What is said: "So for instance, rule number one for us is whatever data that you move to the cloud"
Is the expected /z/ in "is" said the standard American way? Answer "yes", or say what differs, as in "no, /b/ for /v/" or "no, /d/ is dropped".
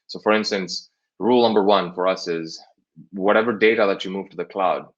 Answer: yes